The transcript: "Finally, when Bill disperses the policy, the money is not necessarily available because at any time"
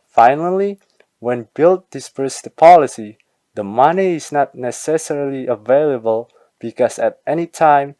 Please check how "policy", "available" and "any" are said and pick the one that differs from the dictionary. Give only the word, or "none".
none